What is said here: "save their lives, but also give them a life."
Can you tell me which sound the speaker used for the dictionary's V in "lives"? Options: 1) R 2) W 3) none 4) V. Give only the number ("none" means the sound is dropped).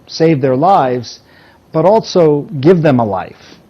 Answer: 4